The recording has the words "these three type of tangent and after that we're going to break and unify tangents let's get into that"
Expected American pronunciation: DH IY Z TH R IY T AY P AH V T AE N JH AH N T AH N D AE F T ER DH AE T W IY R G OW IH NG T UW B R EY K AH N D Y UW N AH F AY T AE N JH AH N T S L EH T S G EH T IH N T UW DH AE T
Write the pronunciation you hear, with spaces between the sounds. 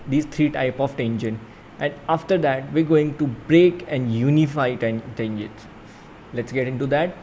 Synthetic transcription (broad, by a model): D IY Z T R IY T AY P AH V T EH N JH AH N T AH N D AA F T ER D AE T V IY R G OW IH NG T UW B R EY K AH N D Y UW N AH F AY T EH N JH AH T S L EH T S G EH T IH N T UW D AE T